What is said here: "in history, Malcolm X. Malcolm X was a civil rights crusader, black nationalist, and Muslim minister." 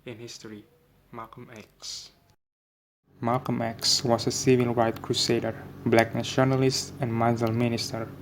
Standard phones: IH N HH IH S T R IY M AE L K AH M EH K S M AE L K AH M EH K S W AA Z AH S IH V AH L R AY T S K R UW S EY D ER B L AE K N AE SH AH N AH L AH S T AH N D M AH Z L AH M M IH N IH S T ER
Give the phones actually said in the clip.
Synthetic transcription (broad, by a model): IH N HH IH S T R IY M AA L K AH M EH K S M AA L K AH M EH K S W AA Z AH S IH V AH L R AY T K R UW S EY D ER B L AE K N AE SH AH N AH L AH S T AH N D M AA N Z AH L M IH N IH S T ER